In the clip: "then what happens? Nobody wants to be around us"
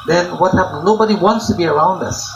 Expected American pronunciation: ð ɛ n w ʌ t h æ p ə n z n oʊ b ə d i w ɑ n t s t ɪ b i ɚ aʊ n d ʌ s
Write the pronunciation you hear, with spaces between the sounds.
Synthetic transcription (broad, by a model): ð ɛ n w ʌ t h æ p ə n n oʊ b ə d i w ɑ n t s t ɪ b i ɚ aʊ n d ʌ s